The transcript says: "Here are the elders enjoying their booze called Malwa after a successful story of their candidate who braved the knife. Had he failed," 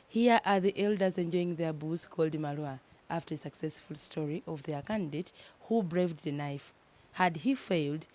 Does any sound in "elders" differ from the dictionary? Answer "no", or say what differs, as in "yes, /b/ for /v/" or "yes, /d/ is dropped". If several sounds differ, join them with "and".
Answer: no